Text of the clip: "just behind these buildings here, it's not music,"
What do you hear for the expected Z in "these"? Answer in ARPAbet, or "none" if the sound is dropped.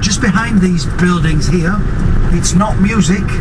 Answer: Z